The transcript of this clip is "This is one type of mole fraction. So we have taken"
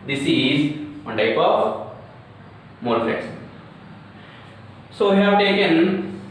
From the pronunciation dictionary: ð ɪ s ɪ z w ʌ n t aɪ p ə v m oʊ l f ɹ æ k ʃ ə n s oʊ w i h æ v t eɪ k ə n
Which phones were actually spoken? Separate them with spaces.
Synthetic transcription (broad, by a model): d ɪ s ɪ z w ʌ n t aɪ p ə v m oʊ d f l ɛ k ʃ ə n s oʊ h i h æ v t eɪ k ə n